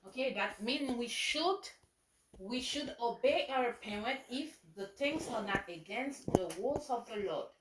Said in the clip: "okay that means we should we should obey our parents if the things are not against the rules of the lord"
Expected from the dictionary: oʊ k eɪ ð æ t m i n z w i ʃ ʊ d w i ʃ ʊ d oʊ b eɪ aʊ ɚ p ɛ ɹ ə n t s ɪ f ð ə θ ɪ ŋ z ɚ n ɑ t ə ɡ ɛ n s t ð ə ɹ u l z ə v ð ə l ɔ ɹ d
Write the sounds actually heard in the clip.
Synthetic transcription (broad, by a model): oʊ k eɪ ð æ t m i n w i ʃ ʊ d w i ʃ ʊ d oʊ b eɪ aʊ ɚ p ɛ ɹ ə n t ɪ f ð ə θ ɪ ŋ s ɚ n ɑ t ə ɡ ɛ n s t ð ə w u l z ə v ð ə l ɔ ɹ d